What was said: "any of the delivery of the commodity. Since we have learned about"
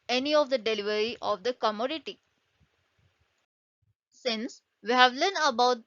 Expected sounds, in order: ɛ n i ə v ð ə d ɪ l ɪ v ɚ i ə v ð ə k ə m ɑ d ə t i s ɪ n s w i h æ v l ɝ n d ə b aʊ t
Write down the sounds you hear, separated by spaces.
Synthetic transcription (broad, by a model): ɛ n i ə v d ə d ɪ l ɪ v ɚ i ə v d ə k ə m ɑ d ə t i s ɪ n s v i h æ v l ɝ n ə b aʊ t